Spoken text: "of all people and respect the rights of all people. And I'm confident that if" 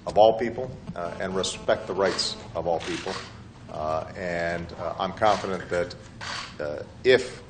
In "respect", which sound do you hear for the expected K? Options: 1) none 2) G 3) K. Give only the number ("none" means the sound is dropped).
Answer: 3